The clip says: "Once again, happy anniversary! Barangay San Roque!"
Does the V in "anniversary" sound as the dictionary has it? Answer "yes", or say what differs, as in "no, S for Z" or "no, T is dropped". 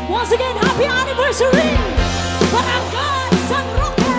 yes